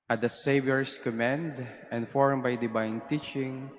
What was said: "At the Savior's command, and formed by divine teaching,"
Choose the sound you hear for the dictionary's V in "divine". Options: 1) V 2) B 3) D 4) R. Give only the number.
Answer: 2